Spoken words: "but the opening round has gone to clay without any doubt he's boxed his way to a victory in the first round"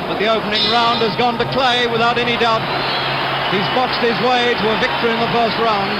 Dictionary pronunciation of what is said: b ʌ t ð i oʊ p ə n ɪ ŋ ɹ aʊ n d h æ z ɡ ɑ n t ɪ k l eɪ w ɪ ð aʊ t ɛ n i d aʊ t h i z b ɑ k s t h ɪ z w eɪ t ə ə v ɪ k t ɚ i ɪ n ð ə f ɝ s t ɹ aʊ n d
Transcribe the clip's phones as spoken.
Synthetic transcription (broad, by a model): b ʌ t ð i oʊ p ə n ɪ ŋ ɹ aʊ n d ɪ z ɡ ɑ n t ɪ k l eɪ w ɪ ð aʊ t ɛ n i d aʊ t h i z b ɑ k s t h ɪ z w eɪ t ə ə v ɪ k t ɚ i ɪ n ð ə f ɝ s t ɹ aʊ n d